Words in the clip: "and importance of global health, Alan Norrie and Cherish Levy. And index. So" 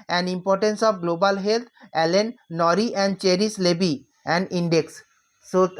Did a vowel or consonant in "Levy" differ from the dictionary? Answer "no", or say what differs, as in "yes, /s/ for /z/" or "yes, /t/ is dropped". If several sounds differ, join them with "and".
yes, /b/ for /v/